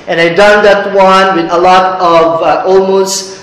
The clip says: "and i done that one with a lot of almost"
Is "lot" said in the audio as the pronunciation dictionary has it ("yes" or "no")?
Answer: yes